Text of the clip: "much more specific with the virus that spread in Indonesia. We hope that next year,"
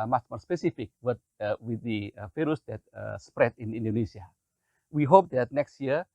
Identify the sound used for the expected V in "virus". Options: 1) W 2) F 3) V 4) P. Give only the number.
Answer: 2